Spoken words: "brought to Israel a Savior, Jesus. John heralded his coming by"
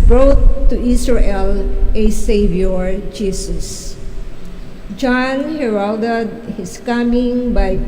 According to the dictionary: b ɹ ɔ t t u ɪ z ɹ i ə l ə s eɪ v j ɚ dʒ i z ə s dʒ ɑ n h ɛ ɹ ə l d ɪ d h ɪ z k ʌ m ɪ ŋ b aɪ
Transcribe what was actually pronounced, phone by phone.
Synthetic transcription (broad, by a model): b ɹ ɔ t t u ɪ s ɹ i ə l ə s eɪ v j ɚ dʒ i s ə s dʒ ɑ n h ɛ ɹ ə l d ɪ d h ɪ s k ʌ m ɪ ŋ b aɪ